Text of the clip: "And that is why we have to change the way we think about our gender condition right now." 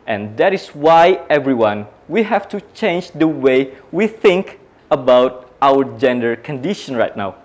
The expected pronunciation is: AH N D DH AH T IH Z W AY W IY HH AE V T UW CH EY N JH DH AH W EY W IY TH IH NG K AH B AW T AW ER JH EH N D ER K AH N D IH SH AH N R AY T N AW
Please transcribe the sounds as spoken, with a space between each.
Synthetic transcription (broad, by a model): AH N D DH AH T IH S W AY W IY HH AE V T UW CH EY N JH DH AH W EY W IY TH IH NG K AH B AW T AW ER JH EH N D ER K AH N D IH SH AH N R AY T N AW